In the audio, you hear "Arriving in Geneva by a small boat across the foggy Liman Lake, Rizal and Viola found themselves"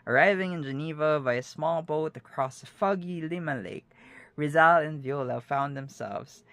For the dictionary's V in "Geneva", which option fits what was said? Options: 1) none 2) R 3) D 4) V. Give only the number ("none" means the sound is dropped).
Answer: 4